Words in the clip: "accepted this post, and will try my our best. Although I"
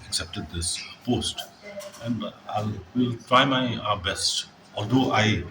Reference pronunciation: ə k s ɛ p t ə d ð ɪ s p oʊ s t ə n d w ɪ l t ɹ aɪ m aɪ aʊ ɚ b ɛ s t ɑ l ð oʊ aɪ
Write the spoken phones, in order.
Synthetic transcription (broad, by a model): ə k s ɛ p t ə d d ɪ s p oʊ s t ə n d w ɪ l t ɹ aɪ m aɪ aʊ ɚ b ɛ s t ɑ l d oʊ aɪ